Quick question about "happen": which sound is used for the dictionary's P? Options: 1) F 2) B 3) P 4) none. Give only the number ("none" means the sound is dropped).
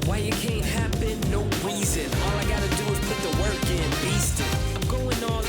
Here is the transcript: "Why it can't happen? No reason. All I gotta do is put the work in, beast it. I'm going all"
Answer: 2